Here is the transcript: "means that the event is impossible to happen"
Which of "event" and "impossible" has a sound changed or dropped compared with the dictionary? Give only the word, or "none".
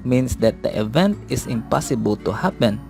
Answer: none